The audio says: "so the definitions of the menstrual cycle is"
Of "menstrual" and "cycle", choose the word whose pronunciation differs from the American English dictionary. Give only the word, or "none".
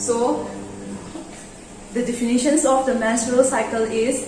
menstrual